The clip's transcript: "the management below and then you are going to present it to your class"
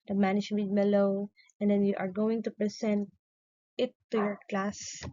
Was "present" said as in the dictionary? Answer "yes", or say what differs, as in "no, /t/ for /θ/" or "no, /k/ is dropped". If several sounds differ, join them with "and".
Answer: no, /s/ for /z/